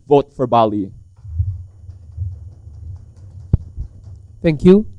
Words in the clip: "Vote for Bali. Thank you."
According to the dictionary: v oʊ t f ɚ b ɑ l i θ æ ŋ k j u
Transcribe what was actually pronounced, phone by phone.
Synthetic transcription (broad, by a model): v oʊ t f ɚ b ɑ l i θ æ ŋ k j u